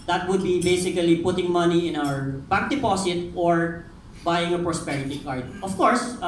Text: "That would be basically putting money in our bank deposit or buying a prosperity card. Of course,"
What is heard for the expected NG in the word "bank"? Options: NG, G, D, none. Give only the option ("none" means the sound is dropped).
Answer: none